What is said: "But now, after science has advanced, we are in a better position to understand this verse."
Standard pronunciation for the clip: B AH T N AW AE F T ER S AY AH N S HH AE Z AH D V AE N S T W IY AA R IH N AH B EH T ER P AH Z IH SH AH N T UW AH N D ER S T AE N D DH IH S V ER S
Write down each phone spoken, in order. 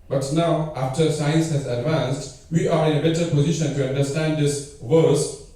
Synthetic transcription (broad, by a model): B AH T N AW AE F T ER S AY AH N S HH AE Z AH D V AE N S T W IY AA R IH N AH B EH T ER P AH Z IH SH AH N T UW AH N D ER S T AE N D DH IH S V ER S